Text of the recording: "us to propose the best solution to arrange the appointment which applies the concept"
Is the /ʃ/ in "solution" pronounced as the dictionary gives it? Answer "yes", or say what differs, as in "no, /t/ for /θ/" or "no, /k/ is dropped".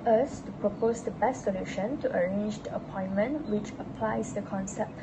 yes